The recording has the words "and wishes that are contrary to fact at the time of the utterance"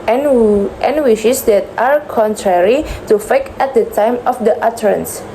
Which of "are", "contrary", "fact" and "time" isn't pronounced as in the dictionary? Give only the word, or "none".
fact